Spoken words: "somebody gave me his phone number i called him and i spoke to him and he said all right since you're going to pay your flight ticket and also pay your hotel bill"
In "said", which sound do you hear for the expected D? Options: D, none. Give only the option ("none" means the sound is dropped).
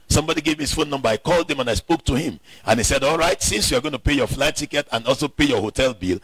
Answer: D